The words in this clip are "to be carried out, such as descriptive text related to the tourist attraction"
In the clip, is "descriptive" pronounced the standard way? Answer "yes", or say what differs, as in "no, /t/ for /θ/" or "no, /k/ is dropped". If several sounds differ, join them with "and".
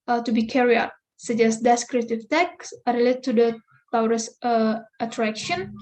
no, /p/ is dropped